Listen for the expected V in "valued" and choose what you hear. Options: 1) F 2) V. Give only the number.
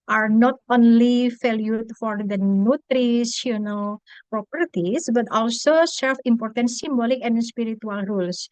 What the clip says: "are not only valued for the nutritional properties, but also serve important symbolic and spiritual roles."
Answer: 1